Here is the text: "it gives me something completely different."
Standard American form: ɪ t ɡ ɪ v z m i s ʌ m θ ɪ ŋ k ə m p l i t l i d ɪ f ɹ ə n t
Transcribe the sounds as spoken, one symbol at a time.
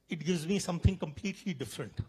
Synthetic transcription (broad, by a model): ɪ t ɡ ɪ v z m i s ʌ m t ɪ ŋ k ə m p l i t l i d ɪ f ɹ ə n t